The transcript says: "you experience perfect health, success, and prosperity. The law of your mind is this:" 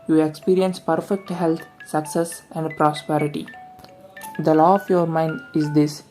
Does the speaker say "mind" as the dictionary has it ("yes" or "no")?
yes